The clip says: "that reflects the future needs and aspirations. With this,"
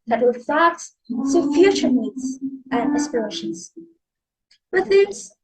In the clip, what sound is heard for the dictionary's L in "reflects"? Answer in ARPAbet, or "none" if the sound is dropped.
none